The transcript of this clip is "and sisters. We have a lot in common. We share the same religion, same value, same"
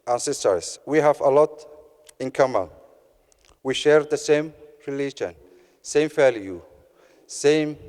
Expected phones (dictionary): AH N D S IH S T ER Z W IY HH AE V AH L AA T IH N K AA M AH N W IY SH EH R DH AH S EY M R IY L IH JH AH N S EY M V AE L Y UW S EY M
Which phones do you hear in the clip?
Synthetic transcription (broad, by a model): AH N S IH S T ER S W IY HH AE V AH L AA T IH N K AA M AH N W IY SH EH R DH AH S EY M R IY L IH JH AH N S EY M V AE L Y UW S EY M